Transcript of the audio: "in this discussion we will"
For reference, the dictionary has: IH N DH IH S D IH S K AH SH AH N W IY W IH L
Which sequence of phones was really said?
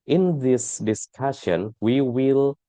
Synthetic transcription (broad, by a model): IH N DH IH S D IH S K AH SH AH N W IY W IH L